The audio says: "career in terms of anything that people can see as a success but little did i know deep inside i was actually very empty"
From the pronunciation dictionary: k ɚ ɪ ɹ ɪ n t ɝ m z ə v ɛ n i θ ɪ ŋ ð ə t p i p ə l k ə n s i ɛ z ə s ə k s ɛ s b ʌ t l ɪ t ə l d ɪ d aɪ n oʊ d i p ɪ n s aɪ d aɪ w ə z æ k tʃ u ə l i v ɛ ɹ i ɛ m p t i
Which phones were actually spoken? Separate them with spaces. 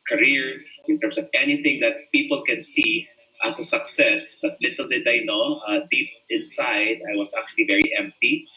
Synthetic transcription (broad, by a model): k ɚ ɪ ɹ ɪ n t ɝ m s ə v ɛ n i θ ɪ ŋ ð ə t p i p ə l k ə n s i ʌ s ə s ə k s ɛ s b ʌ t l ɪ t ə l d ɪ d aɪ n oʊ d i p ɪ n s aɪ d aɪ w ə s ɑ k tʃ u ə l i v ɛ ɹ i ɛ m p t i